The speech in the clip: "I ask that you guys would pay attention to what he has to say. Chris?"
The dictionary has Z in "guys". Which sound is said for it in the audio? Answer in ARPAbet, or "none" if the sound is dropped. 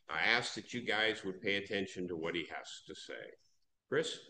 Z